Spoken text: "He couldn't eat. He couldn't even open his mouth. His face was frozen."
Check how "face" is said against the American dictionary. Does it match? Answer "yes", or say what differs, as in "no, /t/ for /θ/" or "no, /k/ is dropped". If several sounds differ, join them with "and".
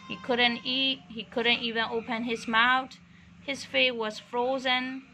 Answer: no, /s/ is dropped